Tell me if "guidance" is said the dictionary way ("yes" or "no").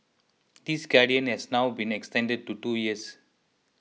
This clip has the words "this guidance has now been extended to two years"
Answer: no